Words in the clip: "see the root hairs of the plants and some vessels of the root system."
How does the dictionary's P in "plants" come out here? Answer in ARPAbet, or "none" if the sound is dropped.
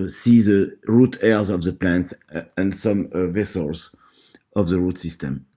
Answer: P